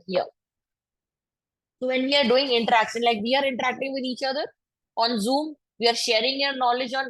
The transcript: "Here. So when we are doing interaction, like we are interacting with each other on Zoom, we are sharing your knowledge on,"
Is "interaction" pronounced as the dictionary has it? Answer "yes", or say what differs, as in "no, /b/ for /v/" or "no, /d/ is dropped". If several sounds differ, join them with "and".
no, /s/ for /ʃ/